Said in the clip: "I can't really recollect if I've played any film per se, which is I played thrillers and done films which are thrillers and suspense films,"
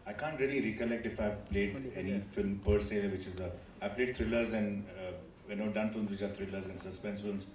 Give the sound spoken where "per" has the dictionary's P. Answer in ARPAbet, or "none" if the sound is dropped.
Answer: P